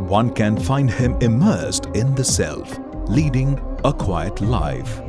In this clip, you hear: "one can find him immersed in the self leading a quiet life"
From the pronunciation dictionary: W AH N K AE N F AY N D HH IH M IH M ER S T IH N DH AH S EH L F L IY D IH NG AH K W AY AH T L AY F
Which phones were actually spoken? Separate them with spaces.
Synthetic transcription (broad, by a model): W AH N K AE N F AY N D HH IH M IH M ER S T IH N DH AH S EH L F L IY D IH NG AH K W AY AH T L AY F